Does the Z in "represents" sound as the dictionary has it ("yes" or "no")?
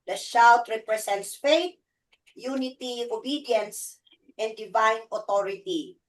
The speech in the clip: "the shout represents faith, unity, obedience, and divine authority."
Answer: no